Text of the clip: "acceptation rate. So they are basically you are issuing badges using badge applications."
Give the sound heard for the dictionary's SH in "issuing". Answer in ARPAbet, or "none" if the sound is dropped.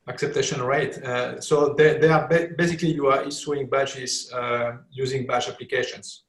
S